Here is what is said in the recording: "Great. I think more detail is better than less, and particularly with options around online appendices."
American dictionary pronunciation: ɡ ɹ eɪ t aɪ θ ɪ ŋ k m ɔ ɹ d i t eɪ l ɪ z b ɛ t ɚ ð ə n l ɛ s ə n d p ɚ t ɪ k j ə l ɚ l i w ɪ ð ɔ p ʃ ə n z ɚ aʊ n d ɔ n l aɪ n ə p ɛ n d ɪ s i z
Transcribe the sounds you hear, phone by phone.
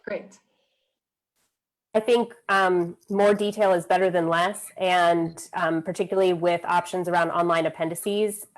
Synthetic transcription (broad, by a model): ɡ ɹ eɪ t aɪ θ ɪ ŋ k m ɔ ɹ d i t eɪ l ɪ z b ɛ t ɚ ð ə n l ɛ s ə n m p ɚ t ɪ k j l l i w ɪ ð ɔ p ʃ ə n z ɚ aʊ n d ɔ n l aɪ n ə p ɛ n d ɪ s i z